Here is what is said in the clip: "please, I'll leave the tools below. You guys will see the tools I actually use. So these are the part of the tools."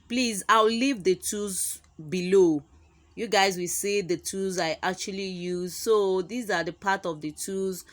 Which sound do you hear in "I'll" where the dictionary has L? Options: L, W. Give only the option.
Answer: W